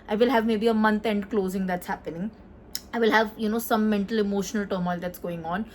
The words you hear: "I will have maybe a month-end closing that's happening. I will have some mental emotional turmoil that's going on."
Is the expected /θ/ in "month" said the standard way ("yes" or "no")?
no